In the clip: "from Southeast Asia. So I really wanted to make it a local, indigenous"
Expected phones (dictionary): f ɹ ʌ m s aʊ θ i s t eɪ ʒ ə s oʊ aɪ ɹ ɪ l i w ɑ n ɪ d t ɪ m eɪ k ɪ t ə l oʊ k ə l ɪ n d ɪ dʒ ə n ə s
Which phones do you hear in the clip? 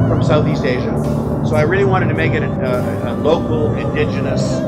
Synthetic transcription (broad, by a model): f ɹ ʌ m s aʊ θ i s t eɪ ʒ ə s oʊ aɪ ɹ ɪ l i w ɑ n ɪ d t ɪ m eɪ k ɪ t ə l oʊ k l ɪ n d ɪ dʒ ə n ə s